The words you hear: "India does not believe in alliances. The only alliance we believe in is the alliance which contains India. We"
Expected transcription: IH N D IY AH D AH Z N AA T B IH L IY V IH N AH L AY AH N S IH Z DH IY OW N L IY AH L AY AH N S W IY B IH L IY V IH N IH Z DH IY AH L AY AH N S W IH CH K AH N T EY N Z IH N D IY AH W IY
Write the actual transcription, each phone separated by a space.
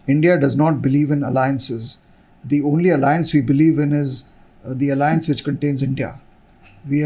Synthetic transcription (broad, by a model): IH N D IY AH D AH Z N AA T B IH L IY V IH N AH L AY AH N S IH Z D IY OW N L IY AH L AY AH N S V IY B IH L IY V IH N IH Z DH IY AH L AY AH N S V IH CH K AH N T EY N Z IH N D IY AH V IY